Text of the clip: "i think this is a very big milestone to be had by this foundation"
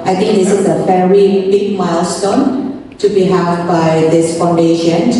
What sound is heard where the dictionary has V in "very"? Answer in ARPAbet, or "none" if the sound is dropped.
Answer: F